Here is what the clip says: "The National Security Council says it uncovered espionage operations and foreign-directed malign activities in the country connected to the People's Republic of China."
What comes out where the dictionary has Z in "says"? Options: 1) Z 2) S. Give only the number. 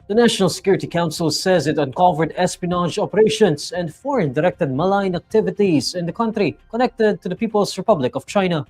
1